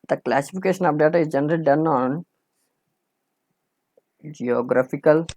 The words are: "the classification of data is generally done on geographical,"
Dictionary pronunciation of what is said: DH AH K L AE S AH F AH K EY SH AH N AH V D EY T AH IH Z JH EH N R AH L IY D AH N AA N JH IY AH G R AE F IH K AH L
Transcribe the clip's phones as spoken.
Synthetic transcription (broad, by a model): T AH K L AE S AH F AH K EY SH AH N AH P D EY T AH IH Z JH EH N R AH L D AH N AA N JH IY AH G R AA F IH K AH L